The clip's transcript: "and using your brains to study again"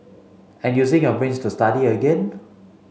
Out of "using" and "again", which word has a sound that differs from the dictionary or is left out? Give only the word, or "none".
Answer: using